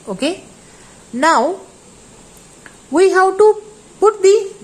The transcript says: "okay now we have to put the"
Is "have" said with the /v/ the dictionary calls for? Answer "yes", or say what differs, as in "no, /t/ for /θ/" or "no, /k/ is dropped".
no, /w/ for /v/